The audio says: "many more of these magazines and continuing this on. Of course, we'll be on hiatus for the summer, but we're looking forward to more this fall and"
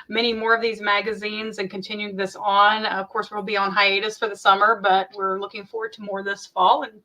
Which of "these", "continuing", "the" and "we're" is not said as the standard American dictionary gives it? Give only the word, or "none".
none